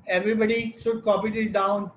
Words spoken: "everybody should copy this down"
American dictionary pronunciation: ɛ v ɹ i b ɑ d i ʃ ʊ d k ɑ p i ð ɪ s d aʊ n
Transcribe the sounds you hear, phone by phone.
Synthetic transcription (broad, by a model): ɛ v ɹ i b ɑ d i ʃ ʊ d k ɑ p i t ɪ d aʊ n